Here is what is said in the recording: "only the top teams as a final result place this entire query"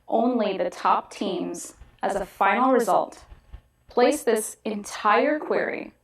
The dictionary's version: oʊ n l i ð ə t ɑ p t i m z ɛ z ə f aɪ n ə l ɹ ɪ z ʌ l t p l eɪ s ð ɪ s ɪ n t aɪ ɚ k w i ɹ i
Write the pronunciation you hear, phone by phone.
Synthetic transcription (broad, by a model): oʊ n l i ð ə t ɑ p t i m z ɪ z ə f aɪ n l ɹ ɪ z ʌ l t p l eɪ s ð ɪ s ɪ n t aɪ ɚ k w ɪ ɹ i